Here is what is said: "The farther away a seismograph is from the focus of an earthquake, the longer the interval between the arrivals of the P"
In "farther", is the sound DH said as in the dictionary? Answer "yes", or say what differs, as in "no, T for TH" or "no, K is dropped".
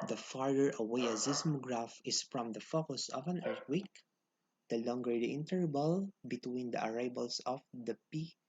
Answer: no, DH is dropped